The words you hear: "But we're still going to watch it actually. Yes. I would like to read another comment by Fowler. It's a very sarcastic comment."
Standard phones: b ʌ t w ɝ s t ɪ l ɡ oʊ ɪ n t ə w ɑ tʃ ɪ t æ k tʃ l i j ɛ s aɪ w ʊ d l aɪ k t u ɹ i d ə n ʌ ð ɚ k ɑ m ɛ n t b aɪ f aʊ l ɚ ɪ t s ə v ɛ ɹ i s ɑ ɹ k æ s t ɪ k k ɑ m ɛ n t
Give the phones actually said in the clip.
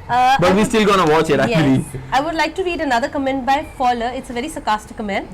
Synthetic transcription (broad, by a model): b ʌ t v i s t ɪ l ɡ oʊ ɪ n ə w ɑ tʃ ɪ t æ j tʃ i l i aɪ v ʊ d l aɪ k t u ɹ i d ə n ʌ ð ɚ k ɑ m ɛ n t b aɪ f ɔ l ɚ ɪ t s ə v ɛ ɹ i s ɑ k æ s t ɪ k k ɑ m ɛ n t